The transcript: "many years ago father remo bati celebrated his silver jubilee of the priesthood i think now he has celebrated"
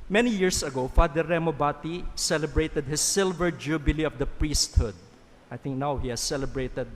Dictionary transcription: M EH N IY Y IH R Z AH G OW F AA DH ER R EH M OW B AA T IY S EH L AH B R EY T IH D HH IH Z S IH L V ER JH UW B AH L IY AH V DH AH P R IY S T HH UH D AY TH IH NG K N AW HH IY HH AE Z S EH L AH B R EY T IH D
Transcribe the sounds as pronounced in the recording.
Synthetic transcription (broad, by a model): M EH N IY Y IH R S AH G OW F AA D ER R EH M OW B AA T IY S EH L AH B R EY T IH D HH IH S IH L V ER JH UW B AH L IY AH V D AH P R IY S T HH UH D AY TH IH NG K N AW HH IY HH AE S EH L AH B R EY T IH D